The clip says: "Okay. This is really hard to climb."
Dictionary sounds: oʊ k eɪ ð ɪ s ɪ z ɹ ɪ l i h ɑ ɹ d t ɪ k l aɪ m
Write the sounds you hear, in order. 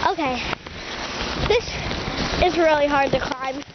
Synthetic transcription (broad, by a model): oʊ k eɪ ð ɪ s ɪ z ɹ ɪ l i h ɑ ɹ d t ɪ k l aɪ m